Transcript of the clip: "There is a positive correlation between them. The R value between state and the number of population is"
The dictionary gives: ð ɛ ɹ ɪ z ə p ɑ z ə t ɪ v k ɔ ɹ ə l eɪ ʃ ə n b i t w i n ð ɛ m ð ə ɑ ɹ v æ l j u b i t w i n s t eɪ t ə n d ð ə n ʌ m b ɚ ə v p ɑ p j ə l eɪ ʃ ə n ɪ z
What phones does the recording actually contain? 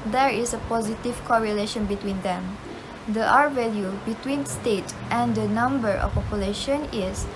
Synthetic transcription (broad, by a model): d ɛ ɹ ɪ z ə p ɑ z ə t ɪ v k ɔ ɹ ə l eɪ ʃ ə n b i t w i n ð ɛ m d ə ɑ ɹ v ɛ l j u b i t w i n s t eɪ t ə n d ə n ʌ m b ɚ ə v p ɑ p j ə l eɪ ʃ ə n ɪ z